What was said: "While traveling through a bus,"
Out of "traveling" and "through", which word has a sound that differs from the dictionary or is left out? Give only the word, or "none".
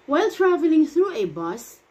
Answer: none